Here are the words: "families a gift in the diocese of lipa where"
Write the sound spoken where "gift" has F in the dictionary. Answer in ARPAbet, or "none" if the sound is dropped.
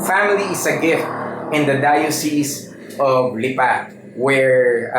F